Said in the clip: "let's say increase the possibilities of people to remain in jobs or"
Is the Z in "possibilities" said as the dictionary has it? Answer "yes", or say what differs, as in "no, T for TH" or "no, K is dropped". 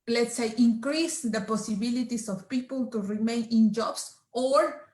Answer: no, S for Z